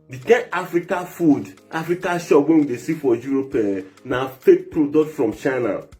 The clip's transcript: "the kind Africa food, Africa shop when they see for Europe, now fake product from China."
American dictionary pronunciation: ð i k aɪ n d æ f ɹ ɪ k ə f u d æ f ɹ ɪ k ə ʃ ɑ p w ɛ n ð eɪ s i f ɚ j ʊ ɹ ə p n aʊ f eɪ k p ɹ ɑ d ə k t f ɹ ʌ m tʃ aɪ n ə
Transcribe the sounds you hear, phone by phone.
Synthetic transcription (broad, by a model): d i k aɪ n ɑ f ɹ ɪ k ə f u d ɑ f ɹ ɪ k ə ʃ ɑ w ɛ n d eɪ s i f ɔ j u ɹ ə p n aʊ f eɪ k p ɹ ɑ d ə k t f ɹ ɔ m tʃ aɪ n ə